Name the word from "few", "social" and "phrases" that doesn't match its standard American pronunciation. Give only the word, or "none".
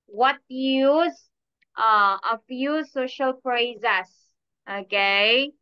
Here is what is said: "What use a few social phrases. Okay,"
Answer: phrases